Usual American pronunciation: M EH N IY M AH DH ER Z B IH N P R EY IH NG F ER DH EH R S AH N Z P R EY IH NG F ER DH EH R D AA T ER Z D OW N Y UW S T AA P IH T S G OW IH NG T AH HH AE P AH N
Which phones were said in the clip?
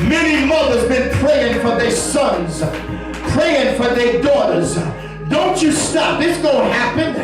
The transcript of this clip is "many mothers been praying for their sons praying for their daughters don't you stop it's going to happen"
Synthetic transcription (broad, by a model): M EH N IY M AH DH ER Z B IH N P R EY IH NG F ER DH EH R S AH N Z P R EY IH NG F ER DH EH R D AA T ER Z D OW N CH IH S T AA P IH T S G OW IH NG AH HH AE P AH N